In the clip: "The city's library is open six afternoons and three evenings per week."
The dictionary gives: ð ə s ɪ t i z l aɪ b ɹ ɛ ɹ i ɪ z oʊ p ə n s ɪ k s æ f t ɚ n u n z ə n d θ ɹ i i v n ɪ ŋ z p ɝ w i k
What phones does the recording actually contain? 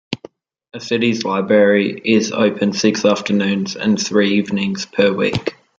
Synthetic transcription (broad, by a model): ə s ɪ t i z l aɪ b ɹ ɛ ɹ i ɪ z oʊ p ə n s ɪ k s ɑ f t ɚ n u n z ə n θ ɹ i i v n ɪ ŋ z p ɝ w i k